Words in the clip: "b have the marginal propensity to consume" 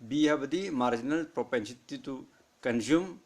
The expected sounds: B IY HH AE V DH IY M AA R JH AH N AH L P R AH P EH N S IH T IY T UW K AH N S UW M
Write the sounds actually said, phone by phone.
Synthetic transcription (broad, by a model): B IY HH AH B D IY M AA R JH AH N AH L P R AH P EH N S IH T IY T UW K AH N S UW M